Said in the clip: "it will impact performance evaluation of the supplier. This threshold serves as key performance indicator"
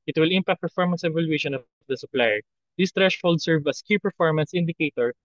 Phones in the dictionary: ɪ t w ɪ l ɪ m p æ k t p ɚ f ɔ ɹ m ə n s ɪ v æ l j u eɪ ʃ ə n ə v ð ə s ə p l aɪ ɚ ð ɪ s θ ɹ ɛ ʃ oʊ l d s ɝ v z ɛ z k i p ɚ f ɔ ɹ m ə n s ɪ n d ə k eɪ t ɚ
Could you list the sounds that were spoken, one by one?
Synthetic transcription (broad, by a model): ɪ t w ɪ l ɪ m p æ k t p ɚ f ɔ ɹ m ə n s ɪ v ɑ l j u eɪ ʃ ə n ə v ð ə s ə p l aɪ ɚ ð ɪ s t ɹ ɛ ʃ oʊ l d s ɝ v ʌ s k i p ɚ f ɔ ɹ m ə n s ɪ n d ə k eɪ t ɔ